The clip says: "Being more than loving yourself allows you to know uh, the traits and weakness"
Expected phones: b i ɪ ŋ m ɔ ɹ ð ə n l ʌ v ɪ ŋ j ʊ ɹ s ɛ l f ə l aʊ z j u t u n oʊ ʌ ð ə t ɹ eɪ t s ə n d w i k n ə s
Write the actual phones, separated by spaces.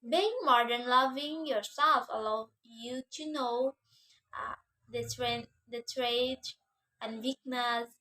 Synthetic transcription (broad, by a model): b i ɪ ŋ m ɔ ɹ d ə n l ʌ v ɪ ŋ j ʊ ɹ s ɛ l f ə l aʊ j u t u n oʊ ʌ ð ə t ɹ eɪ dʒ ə n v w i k n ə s